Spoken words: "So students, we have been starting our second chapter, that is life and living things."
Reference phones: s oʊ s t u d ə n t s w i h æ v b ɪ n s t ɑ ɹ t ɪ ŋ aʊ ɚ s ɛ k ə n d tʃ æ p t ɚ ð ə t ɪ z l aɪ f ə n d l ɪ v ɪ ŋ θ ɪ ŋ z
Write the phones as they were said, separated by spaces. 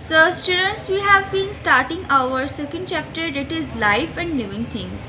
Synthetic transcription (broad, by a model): s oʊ s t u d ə n t s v i h æ v b ɪ n s t ɑ ɹ t ɪ ŋ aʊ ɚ s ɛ k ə n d tʃ æ p t ɚ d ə t ɪ z l aɪ f ə n d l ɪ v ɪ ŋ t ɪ ŋ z